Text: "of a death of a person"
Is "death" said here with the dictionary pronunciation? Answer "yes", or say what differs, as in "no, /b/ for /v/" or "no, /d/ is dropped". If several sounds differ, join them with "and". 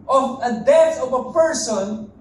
no, /t/ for /θ/